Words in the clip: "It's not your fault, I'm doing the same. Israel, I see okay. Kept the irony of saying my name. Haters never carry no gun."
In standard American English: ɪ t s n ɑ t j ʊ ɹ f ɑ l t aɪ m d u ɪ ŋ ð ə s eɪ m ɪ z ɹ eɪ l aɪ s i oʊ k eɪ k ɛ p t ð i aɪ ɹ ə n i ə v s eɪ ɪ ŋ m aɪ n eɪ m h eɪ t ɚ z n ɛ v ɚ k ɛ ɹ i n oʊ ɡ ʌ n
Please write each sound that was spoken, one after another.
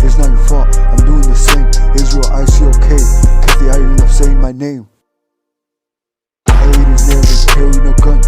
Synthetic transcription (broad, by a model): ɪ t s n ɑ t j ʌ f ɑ aɪ m d u ɪ ŋ ð ə s eɪ m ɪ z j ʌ aɪ s i oʊ k eɪ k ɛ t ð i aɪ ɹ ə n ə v s eɪ ɪ ŋ m aɪ n eɪ m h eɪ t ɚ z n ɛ ɚ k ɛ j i n oʊ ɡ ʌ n